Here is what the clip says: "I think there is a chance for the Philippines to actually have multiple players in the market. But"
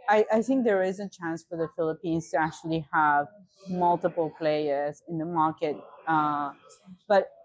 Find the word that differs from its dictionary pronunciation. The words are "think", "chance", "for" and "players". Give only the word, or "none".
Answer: none